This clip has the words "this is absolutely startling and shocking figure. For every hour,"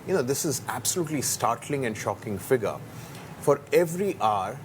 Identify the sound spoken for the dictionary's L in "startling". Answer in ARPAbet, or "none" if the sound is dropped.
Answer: L